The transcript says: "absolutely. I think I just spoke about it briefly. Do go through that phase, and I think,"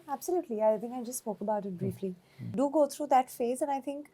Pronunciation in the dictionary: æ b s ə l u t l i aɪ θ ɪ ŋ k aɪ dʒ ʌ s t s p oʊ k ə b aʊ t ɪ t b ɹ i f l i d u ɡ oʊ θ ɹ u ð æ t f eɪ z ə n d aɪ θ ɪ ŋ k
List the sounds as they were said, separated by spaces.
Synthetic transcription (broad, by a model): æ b s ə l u t l i aɪ t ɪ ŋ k aɪ dʒ ʌ s t s p oʊ k ə b aʊ t ɪ t b ɹ i f l i d u ɡ oʊ t ɹ u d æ t f eɪ z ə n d aɪ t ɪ ŋ k